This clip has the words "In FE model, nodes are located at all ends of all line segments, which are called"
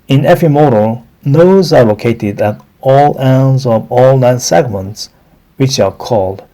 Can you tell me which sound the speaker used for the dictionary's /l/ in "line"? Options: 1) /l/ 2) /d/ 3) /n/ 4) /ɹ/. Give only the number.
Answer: 3